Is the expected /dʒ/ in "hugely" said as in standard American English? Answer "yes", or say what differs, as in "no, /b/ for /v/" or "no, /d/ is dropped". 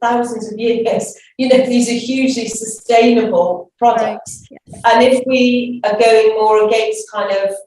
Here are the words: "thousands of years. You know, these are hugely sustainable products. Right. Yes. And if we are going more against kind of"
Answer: yes